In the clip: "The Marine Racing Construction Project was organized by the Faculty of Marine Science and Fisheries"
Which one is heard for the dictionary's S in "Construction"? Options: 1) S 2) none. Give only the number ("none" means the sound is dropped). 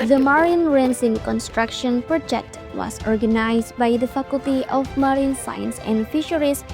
1